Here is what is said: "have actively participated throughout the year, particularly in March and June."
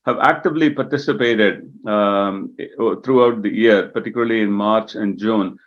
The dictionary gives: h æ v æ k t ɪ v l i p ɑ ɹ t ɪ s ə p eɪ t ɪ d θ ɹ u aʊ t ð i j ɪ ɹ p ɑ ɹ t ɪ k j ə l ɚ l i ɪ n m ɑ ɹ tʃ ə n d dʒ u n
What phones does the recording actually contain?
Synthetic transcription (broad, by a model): h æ v æ k t ɪ v l i p ɑ ɹ t ɪ s ə p eɪ t ɪ d t ɹ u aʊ t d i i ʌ ɹ p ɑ ɹ t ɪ k j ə l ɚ l i ɪ n m ɑ ɹ tʃ ə n d dʒ u n